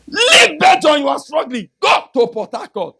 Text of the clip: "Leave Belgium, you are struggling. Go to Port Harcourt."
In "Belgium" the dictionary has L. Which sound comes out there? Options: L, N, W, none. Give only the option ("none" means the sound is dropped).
none